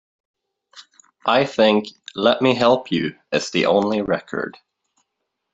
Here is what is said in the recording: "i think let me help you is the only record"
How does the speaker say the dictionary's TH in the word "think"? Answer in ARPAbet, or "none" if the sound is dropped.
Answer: TH